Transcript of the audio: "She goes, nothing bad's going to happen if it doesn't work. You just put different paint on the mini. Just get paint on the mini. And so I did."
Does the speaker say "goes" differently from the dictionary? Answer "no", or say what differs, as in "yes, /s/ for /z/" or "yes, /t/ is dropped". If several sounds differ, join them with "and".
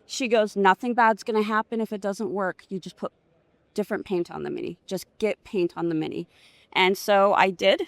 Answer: no